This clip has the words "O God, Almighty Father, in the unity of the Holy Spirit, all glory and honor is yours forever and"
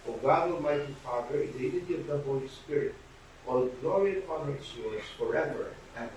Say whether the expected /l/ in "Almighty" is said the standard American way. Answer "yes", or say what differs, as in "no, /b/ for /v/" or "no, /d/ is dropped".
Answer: no, /l/ is dropped